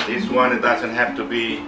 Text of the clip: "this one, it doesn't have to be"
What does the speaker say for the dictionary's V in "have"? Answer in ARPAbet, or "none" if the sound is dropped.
F